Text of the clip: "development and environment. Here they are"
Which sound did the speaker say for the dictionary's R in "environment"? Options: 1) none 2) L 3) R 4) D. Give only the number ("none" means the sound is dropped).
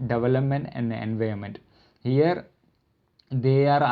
1